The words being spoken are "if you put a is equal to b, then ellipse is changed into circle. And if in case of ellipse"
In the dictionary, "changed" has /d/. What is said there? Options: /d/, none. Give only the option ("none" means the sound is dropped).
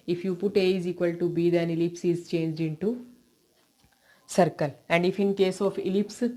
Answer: /d/